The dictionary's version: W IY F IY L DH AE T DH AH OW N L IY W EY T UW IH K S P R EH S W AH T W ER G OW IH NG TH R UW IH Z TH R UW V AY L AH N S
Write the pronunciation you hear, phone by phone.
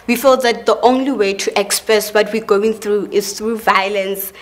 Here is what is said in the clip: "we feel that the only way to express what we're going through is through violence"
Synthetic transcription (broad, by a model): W IY F IY L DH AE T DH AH OW N L IY W EY T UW IH K S P R EH S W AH T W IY G OW IH NG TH R UW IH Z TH R UW V AY L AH N S